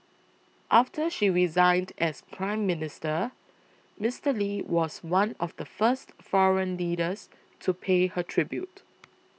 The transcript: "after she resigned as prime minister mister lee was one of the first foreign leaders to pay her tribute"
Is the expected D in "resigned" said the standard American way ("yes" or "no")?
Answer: yes